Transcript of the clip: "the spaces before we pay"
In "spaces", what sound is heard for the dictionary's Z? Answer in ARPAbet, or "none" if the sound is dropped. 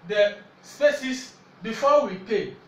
S